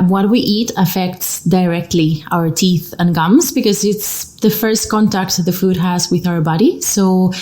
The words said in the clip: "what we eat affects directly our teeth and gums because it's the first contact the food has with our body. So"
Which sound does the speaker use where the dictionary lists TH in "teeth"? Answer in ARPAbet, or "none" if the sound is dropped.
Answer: TH